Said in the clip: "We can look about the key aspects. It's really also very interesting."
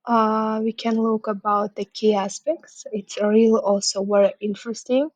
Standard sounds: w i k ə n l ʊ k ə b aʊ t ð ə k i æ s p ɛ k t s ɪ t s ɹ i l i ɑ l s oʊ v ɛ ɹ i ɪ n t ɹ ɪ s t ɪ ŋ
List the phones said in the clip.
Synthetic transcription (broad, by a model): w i k ə n l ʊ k ə b aʊ t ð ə k i æ s p ɛ k t s ɪ t s ɹ i l i ɑ l s oʊ w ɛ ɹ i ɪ n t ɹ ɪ s t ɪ ŋ